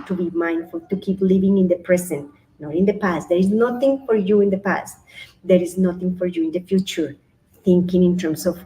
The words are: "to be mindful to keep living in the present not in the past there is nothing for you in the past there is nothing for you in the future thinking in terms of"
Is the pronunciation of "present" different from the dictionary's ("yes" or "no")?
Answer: yes